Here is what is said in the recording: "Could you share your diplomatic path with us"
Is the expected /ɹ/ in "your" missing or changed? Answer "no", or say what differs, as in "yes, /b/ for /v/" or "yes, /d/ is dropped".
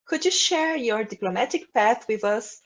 no